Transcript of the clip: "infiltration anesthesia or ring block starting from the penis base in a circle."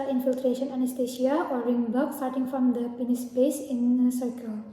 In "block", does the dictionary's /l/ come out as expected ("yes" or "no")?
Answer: no